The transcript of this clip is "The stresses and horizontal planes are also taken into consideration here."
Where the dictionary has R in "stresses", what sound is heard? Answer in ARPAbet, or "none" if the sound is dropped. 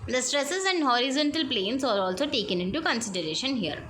R